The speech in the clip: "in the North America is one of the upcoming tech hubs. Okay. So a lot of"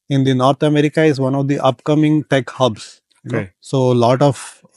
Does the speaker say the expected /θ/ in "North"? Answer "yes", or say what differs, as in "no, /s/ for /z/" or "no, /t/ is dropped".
no, /t/ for /θ/